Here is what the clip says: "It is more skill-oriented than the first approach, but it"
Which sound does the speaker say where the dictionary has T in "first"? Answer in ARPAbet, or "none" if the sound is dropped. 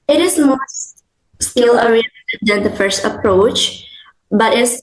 T